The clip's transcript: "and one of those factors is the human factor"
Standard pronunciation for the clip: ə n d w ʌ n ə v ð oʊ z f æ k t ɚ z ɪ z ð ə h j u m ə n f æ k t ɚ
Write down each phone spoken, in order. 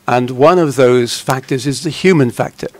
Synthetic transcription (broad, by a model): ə n w ʌ n ə v ð oʊ z f æ k t ɚ z ɪ z ð ə h j u m ə n f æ k t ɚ